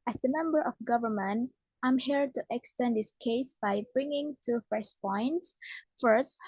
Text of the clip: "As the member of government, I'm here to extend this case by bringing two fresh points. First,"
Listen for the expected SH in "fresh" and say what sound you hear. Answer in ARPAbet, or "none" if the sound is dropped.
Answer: S